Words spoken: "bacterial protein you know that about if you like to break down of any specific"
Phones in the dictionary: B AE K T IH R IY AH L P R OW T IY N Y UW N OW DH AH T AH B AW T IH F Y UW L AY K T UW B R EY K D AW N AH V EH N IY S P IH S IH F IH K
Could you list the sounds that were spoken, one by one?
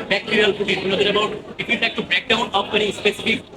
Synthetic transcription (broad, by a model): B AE K T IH R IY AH L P OW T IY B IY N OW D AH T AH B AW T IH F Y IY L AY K T UW B R EY K D AW N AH P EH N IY S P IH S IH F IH K